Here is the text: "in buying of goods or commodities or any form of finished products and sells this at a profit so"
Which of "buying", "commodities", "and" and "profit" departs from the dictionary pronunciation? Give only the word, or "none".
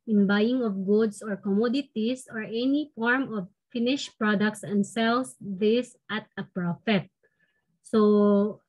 commodities